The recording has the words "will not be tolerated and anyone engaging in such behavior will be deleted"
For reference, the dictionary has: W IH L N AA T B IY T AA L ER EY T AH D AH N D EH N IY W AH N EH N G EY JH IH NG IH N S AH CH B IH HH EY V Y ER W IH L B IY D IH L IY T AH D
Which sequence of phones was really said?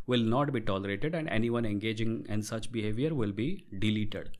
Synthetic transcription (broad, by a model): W IH L N AA T B IY T AA L ER EY T AH D AH N D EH N IY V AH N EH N G EY JH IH NG IH N S AH CH B IH HH EY V Y ER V IH L B IY D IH L IY T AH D